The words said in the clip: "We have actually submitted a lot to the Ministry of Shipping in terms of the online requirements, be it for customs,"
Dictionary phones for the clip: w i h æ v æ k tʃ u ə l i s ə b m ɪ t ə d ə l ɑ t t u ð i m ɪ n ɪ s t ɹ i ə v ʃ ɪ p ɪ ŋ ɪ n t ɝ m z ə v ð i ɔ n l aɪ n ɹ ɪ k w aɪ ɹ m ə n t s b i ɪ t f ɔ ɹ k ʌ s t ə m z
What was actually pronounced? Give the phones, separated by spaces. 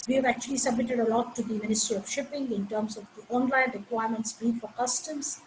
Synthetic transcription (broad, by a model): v i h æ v æ k tʃ u ə l i s ə b m ɪ t ə d ə l ɑ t t u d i m ɪ n ɪ s t ɹ i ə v ʃ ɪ p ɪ ŋ ɪ n t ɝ m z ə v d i ɔ n l aɪ n ɹ ɪ k w aɪ ɹ m ə n t s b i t f ɔ ɹ k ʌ s t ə m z